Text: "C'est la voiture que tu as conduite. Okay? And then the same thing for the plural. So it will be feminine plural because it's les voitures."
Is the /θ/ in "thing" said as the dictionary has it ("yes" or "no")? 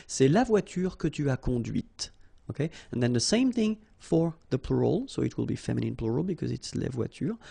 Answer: yes